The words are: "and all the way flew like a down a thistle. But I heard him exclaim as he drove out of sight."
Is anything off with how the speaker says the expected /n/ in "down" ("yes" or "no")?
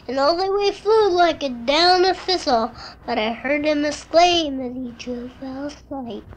no